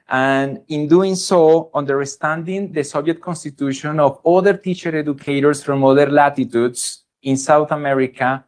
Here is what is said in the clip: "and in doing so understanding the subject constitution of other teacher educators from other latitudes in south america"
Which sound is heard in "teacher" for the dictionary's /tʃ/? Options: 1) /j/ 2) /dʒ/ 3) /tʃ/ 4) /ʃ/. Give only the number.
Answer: 3